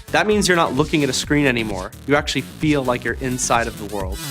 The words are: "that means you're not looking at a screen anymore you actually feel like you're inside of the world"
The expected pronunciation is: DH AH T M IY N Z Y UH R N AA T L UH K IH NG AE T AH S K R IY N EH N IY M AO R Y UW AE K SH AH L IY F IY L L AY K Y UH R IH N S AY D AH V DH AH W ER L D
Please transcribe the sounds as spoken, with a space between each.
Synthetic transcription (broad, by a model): DH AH T M IY N Z Y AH R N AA T L UH K IH NG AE T AH S K R IY N EH N IY M AO R Y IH AE K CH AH L IY F IY L L AY K Y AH R IH N S AY D AH V DH AH W ER L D